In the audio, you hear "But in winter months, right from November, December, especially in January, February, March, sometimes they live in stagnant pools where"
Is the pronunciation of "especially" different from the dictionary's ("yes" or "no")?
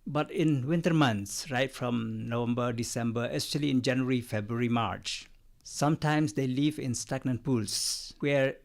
yes